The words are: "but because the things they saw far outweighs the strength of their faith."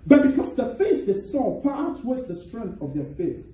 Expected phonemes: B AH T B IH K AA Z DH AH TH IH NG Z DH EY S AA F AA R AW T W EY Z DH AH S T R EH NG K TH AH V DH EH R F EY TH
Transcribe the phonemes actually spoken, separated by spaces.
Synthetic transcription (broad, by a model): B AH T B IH K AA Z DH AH F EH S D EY S AA P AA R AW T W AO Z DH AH S T R EH NG K TH AH V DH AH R F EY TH